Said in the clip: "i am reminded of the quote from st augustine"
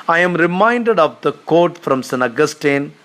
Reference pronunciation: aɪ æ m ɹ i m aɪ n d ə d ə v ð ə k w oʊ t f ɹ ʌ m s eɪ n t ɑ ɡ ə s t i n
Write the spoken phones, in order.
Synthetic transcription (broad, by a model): aɪ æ m ɹ i m aɪ n d ə d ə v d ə k oʊ t f ɹ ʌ m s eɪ n ɑ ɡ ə s t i n